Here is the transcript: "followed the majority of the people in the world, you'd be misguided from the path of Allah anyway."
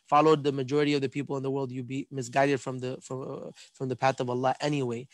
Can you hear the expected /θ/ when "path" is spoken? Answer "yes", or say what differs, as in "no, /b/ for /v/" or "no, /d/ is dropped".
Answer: yes